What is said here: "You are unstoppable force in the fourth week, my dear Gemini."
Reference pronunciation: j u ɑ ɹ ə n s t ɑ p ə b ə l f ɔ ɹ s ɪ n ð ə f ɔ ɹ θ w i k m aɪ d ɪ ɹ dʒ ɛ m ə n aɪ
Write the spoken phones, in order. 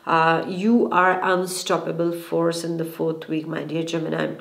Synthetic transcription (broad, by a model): j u ɑ ɹ ə n s t ɑ p ə b ə l f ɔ ɹ s ɪ n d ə f ɔ ɹ t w i k m aɪ d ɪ ɹ dʒ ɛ m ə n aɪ